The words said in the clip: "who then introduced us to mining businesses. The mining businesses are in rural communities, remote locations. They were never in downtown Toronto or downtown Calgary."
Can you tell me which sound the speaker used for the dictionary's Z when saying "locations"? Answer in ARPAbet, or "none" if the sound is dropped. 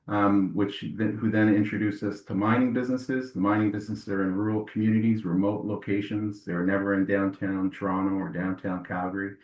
Z